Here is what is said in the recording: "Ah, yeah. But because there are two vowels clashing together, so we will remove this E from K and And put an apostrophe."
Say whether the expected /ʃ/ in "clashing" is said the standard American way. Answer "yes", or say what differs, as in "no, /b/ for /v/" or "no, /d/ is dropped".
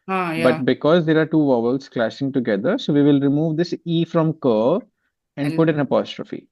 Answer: no, /s/ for /ʃ/